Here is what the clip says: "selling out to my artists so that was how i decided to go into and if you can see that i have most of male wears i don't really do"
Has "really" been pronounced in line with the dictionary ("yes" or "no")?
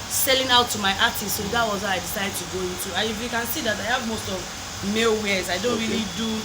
yes